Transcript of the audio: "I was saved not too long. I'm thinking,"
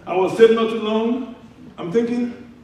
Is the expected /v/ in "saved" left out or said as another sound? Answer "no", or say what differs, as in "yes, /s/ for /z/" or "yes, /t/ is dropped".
yes, /v/ is dropped